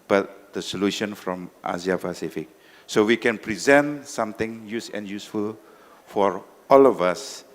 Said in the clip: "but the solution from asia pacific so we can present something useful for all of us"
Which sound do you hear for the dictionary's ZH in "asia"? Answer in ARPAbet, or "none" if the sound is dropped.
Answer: Z